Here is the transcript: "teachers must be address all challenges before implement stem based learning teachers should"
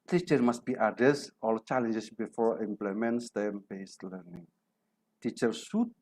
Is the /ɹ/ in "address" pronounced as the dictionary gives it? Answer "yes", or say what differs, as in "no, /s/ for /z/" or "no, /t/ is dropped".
no, /ɹ/ is dropped